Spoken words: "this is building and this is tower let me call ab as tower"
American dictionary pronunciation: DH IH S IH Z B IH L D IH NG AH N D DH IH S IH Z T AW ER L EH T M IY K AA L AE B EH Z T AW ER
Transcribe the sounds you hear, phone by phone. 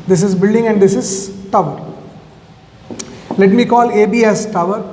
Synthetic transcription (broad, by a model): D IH S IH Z B IH L D IH NG AH N D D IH S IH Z T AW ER L EH T M IY K AA L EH B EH S T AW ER